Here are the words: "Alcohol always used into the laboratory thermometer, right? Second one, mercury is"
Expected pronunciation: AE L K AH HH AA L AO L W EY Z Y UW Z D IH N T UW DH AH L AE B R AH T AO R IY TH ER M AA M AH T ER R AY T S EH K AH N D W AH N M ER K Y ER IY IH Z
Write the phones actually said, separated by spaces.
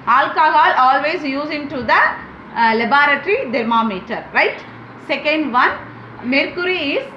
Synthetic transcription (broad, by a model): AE L K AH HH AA L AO L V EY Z Y UW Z IH N T UW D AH L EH B R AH T R IY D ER M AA M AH T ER R AY T S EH K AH N D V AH N M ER K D IY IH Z